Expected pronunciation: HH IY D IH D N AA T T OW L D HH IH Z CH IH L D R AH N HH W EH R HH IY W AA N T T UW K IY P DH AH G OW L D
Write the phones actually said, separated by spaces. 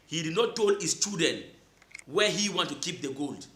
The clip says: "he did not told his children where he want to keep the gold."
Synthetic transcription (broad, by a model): HH IY D IH D N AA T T OW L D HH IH S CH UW D AH N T W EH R HH IY W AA N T T UW K IY P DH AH G OW L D